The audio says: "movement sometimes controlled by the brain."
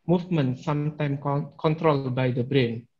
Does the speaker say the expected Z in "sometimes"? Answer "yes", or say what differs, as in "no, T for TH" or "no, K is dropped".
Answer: no, Z is dropped